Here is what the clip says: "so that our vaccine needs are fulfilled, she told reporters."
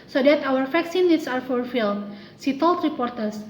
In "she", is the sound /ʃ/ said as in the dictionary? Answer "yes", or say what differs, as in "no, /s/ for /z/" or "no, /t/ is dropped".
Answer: no, /s/ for /ʃ/